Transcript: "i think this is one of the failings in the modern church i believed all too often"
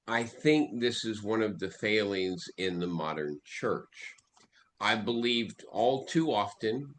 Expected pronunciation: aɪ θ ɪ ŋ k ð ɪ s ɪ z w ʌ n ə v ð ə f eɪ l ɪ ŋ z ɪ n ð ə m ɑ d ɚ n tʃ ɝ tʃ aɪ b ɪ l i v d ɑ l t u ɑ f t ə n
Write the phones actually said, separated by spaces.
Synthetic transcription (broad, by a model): aɪ θ ɪ ŋ k ð ɪ s ɪ z w ʌ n ə v ð ə f eɪ l ɪ ŋ z ɪ n ð ə m ɑ d ɚ n tʃ ɝ tʃ aɪ b ɪ l i v d ɑ l t u ɑ f t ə n